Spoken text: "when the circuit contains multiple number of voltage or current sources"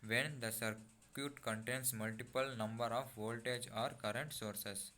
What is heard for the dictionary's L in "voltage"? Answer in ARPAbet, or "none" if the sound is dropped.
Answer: L